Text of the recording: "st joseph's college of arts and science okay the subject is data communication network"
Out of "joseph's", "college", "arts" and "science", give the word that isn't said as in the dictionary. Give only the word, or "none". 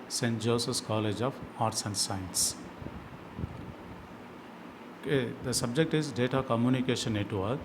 joseph's